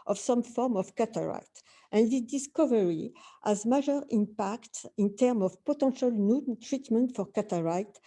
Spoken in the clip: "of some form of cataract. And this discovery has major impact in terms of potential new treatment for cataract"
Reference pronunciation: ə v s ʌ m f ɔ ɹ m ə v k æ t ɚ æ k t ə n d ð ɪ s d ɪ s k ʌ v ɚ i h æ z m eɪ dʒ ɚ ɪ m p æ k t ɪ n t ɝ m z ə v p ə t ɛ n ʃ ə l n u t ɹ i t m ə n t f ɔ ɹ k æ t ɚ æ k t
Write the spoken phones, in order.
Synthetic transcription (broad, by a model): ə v s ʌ m f ɔ ɹ m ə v k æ t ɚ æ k t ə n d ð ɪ d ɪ s k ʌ v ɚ i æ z m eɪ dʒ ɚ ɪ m p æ k t ɪ n t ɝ m ə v p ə t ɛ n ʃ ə l n u t ɹ i t m ə n t f ɔ ɹ k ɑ t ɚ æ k t